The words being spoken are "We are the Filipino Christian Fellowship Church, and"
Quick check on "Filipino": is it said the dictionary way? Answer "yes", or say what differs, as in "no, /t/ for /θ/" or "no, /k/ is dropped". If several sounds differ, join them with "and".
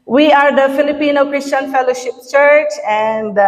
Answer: yes